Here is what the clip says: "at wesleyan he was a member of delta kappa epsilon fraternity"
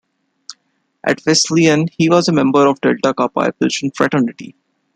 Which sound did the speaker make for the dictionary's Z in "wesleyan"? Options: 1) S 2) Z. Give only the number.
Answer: 1